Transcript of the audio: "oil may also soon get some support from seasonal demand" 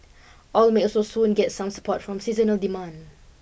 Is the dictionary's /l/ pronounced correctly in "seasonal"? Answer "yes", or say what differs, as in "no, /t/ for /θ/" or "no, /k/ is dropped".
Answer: yes